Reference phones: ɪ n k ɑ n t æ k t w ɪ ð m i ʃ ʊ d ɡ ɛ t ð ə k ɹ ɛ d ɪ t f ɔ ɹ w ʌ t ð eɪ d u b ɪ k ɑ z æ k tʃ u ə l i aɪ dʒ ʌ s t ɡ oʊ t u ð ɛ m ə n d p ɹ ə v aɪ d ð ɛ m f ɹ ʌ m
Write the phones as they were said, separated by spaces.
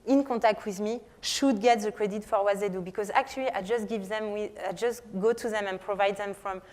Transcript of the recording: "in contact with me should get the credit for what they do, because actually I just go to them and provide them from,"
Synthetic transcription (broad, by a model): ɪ n k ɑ t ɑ k t w ɪ ð m i ʃ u d ɡ ɛ t ð ə k ɹ ɛ d ɪ t f ɔ ɹ w ʌ t ð eɪ d u b ɪ k ɑ z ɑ k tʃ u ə w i aɪ dʒ ʌ s t ɡ oʊ t u ð ɛ m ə n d p ɹ ə v aɪ d ð ɛ m f ɹ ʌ m